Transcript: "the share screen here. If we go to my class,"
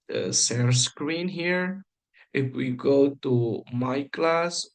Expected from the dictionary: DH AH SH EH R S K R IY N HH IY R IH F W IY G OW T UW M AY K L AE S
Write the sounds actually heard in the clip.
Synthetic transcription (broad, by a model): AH S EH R S K R IY N HH IY R IH F W IY G OW T UW M AY K L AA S